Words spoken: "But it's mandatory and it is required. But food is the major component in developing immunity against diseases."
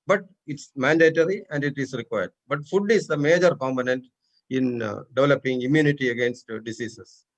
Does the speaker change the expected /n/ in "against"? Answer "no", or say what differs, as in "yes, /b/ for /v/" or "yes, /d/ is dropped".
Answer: no